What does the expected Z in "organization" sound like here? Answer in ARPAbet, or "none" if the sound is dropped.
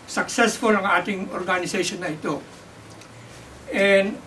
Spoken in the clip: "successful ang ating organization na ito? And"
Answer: S